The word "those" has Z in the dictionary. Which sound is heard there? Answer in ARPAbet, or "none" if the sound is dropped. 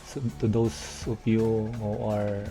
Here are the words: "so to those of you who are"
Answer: S